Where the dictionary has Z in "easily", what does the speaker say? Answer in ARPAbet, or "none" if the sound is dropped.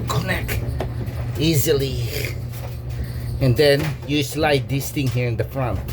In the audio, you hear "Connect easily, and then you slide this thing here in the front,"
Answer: Z